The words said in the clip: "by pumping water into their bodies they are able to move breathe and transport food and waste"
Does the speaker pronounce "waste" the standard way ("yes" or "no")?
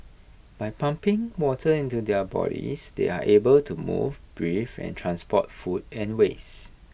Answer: no